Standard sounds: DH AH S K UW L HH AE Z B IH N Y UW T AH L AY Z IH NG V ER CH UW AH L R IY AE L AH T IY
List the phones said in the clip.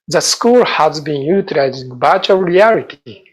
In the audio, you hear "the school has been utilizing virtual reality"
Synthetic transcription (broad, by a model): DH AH S K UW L HH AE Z B IH N Y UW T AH L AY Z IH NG B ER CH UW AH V R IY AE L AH T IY